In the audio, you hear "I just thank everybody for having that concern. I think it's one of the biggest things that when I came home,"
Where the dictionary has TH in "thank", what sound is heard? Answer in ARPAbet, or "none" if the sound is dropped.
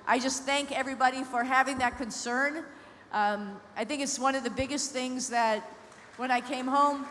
TH